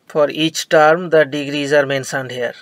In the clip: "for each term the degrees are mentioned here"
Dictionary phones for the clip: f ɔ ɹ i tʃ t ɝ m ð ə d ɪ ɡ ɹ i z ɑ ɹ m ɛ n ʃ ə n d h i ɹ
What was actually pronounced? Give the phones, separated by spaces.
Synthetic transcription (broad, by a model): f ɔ ɹ i tʃ t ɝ m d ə d ɪ ɡ ɹ i z ɑ ɹ m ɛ n s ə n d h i ɹ